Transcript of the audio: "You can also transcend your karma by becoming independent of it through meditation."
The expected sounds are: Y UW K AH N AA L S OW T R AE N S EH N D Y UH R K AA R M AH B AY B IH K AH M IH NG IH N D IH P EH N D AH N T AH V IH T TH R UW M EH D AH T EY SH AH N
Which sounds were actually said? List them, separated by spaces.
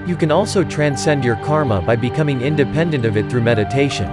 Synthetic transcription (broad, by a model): Y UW K AH N AA L S OW T R AE N S EH N D Y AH R K AA R M AH B AY B IH K AH M IH NG IH N D IH P EH N D AH N T AH V IH T TH R UW M EH D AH T EY SH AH N